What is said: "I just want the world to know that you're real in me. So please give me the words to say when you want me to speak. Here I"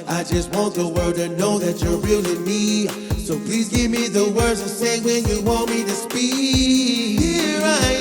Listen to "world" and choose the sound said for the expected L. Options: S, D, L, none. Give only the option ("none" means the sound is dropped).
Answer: none